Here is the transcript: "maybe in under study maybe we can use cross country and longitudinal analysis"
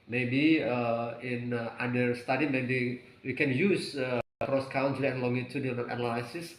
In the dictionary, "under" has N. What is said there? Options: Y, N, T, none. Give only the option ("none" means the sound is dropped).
none